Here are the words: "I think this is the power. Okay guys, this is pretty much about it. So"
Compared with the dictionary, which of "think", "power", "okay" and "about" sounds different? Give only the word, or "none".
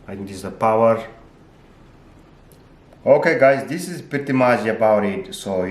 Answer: think